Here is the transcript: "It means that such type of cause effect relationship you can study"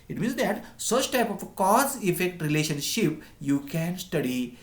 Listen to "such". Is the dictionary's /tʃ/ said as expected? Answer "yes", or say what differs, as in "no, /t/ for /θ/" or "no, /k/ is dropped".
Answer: yes